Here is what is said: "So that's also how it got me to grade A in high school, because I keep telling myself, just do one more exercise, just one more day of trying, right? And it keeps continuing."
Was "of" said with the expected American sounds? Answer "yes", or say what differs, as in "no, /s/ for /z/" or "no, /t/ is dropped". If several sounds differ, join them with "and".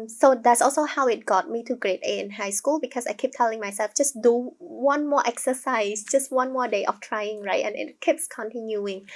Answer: no, /f/ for /v/